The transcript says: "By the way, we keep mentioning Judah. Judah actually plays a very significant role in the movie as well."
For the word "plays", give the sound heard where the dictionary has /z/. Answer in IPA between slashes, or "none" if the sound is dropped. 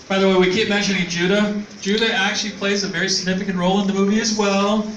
/z/